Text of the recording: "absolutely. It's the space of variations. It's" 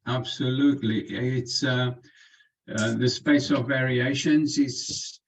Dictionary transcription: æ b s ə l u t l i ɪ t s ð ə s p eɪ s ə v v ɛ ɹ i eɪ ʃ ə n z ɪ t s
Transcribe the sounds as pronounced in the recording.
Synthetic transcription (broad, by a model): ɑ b s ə l u t l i ɪ t s ð ə s p eɪ s ə v v ɛ ɹ i eɪ ʃ ə n z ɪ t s